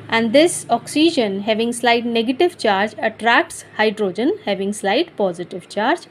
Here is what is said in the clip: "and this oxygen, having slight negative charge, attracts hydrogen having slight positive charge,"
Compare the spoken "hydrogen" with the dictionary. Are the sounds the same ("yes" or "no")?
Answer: yes